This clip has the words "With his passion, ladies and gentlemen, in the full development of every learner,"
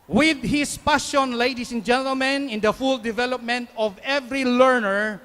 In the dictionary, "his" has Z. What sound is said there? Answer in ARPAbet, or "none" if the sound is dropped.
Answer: S